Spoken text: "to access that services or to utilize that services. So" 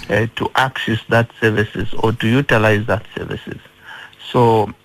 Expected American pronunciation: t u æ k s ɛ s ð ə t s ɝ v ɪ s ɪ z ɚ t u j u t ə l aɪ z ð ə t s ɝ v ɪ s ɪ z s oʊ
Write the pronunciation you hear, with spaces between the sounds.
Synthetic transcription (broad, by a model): t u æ k s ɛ s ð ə t s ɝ v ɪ s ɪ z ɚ t u j u t ə l aɪ z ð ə t s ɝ v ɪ s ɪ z s oʊ